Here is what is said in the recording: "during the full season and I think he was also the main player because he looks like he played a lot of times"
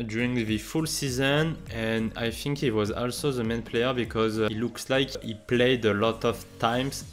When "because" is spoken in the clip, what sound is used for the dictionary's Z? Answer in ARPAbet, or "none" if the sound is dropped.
Z